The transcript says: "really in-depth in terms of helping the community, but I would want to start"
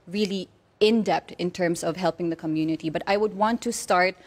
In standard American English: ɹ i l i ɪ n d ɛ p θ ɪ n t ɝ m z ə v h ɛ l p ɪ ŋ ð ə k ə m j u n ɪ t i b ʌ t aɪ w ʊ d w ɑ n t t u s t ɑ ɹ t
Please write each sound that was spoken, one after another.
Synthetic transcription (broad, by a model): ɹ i l i ɪ n d ɛ p t ɪ n t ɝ m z ə v h ɛ l p ɪ ŋ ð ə k ə m j u n ɪ t i b ʌ t aɪ w ʊ d w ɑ n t t u s t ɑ ɹ t